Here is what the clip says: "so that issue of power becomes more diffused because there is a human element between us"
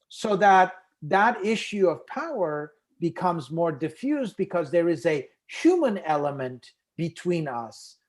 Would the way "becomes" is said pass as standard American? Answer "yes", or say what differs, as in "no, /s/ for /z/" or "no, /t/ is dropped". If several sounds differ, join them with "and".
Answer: yes